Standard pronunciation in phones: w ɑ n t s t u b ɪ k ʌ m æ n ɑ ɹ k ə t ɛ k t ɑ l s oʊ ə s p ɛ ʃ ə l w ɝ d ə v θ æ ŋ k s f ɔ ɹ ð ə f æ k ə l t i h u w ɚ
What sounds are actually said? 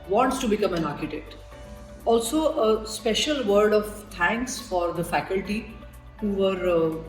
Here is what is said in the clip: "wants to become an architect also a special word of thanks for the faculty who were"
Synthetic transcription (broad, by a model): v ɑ n t s t u b ɪ k ʌ m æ n ɑ ɹ k ə t ɛ k t ɑ l s oʊ ə s p ɛ ʃ ə l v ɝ d ə v t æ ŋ k s f ɔ ɹ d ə f æ k ə l t i h u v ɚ